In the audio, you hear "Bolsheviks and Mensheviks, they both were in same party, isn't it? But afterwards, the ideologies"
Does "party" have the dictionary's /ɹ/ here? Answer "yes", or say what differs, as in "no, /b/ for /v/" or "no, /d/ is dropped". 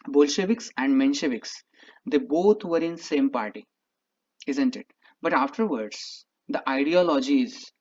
yes